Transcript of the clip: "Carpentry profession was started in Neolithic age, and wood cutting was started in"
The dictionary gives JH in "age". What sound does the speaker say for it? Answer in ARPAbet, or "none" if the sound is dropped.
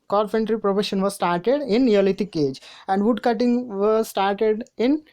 JH